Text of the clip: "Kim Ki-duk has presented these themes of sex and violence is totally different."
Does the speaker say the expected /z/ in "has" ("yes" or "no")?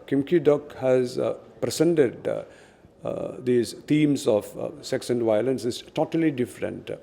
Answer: yes